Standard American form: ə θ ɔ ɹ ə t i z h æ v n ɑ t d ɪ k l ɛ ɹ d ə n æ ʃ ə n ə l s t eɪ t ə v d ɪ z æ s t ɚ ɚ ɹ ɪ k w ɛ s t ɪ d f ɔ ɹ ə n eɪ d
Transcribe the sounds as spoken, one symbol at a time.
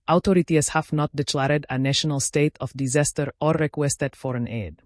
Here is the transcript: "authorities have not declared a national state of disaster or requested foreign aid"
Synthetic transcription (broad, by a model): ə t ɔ ɹ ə t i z h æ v n ɑ t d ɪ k l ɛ ɹ d ə n æ ʃ ə n ə l s t eɪ t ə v d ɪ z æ s t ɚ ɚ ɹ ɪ k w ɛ s t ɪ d f ɔ ɹ ə n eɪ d